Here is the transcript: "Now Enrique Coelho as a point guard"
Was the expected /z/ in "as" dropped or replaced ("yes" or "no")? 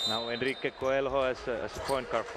yes